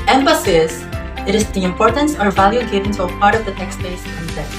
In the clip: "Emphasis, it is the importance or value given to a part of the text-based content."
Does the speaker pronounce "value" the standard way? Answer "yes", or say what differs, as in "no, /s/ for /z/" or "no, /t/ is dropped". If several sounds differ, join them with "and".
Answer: yes